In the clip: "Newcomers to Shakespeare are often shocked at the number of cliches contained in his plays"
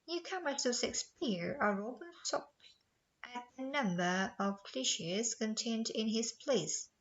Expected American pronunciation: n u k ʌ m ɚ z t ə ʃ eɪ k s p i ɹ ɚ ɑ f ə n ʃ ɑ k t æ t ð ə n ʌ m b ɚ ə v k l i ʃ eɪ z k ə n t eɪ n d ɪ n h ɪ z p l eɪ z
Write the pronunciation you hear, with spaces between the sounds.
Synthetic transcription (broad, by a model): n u k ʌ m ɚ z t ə s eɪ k s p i ɹ ɚ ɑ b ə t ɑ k t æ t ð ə n ʌ m b ɚ ə v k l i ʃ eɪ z k ə n t eɪ n d ɪ n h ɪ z p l eɪ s